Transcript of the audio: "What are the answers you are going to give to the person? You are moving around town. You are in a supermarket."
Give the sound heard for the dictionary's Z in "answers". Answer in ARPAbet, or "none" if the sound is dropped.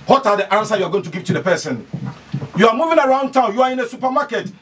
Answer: none